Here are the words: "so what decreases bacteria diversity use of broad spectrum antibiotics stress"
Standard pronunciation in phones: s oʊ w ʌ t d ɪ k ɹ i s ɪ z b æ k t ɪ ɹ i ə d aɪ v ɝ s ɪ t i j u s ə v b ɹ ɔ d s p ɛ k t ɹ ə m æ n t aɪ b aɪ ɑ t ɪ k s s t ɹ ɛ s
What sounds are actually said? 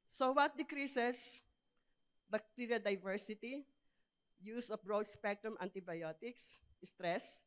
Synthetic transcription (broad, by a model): s oʊ w ʌ t d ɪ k ɹ i s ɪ s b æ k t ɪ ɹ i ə d aɪ v ɝ s ɪ t i j u s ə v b ɹ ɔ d s p ɛ k t ɹ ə m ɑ n t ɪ b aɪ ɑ t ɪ k s s t ɹ ɛ s